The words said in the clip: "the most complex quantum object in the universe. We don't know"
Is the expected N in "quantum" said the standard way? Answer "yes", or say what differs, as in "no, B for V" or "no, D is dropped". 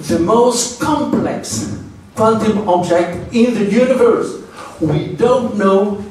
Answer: no, L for N